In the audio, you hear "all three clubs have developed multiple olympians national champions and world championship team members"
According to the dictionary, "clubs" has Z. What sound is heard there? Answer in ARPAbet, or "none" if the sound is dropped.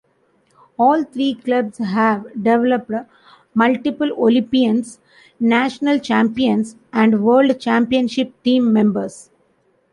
S